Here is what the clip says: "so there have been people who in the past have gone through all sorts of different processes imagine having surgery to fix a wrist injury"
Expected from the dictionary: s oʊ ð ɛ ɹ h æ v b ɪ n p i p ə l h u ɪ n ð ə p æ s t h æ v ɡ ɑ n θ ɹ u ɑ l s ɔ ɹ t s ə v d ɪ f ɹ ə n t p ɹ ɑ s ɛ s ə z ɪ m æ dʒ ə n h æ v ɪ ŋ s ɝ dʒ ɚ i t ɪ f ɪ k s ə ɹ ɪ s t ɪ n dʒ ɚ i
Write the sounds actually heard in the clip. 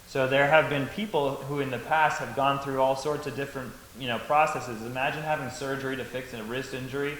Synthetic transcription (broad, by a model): s oʊ ð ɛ ɹ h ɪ v b ɪ n p i p l h u ɪ n ð ə p æ s t h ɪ v ɡ ɑ n θ ɹ u ɑ l s ɔ ɹ t s ə v d ɪ f ɹ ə n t p ɹ ɑ s ɛ s ə z ɪ m æ dʒ ə n h æ v ɪ ŋ s ɝ dʒ ɚ i t ɪ f ɪ k s ə ɹ ɪ s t ɪ n dʒ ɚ i